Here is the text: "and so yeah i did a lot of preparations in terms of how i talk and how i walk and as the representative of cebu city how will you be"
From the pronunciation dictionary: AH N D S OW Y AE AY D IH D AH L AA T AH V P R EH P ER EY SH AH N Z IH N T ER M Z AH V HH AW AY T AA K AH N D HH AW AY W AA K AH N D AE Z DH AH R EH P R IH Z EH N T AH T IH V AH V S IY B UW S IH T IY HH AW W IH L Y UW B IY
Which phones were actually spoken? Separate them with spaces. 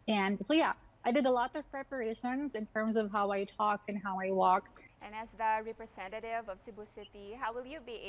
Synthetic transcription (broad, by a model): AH N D S OW Y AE AY D IH D AH L AA T AH V P R EH P ER EY SH AH N Z IH N T ER M Z AH V HH AW AY T AA K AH N HH AW AY W AA K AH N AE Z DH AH R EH P R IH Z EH N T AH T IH V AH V S IY B UW S IH T IY HH AW W IH L Y UW B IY